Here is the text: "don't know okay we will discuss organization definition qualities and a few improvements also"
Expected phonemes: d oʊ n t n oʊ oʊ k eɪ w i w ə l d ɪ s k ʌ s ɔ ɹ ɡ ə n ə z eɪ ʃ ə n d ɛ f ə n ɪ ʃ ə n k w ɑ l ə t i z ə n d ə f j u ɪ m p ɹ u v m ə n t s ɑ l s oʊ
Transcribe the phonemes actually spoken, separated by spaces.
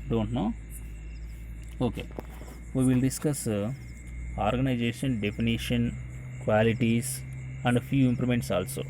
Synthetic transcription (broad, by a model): d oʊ n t n oʊ oʊ k eɪ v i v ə l d ɪ s k ʌ s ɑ ɹ ɡ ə n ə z eɪ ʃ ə n d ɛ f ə n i ʃ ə n k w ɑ l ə t i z ə n d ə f j u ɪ m p l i m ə n t s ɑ l s oʊ